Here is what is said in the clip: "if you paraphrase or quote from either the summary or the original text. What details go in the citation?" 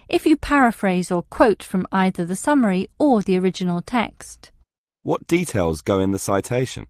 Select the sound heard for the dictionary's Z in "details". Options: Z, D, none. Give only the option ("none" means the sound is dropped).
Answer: Z